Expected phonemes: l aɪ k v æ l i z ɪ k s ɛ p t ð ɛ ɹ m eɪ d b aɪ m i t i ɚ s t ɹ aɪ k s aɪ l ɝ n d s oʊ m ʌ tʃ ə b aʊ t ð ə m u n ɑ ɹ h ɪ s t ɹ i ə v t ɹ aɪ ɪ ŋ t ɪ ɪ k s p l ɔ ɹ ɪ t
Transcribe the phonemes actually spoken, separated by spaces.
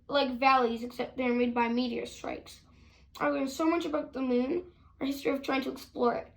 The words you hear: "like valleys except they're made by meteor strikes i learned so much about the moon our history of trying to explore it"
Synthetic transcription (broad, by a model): l aɪ k v æ l i z ɪ k s ɛ p t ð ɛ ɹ m eɪ d b aɪ m i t i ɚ s t ɹ aɪ k s aɪ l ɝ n s oʊ m ʌ tʃ ə b aʊ t ð ə m u n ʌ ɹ h ɪ s t ɹ i ə v t ɹ aɪ ɪ ŋ t ɪ ɪ k s p l ɔ ɹ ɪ t